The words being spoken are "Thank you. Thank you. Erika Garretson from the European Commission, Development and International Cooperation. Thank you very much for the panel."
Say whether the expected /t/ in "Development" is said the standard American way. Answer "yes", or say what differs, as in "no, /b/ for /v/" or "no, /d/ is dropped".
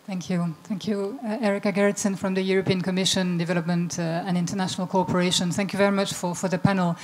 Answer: yes